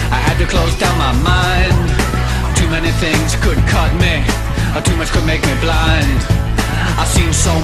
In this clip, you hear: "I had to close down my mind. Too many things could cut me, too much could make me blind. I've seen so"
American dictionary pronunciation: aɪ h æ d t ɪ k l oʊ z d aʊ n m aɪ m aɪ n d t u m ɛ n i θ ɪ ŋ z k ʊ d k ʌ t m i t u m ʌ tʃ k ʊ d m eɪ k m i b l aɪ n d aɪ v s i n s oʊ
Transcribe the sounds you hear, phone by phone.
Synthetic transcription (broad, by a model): aɪ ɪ d t ɪ k l oʊ z d aʊ n m aɪ m aɪ n d t u m ɛ n i θ ɪ ŋ z k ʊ d k ʌ t m i t u m ʌ tʃ k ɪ d m eɪ k m i b l aɪ n d aɪ s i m s oʊ